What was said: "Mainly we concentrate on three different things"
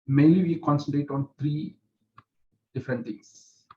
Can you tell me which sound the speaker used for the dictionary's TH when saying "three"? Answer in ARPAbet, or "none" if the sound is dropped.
T